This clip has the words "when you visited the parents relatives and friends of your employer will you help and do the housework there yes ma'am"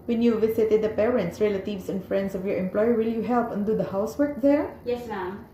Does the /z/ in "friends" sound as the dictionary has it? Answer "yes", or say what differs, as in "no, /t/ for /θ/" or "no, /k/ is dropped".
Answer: no, /s/ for /z/